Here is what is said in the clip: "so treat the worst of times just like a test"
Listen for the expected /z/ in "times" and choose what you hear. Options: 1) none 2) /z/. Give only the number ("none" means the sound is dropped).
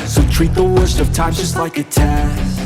1